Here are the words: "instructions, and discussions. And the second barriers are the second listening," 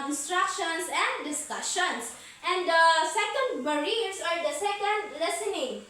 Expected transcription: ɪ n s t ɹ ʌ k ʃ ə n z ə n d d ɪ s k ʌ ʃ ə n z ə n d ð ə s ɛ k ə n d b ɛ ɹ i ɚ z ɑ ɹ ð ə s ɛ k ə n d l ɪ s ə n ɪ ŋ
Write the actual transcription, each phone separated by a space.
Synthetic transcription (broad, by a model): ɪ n s t ɹ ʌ k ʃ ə n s ə n d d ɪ s k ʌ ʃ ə n s ə n d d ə s ɛ k ə n d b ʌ ɹ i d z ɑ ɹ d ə s ɛ k ə n d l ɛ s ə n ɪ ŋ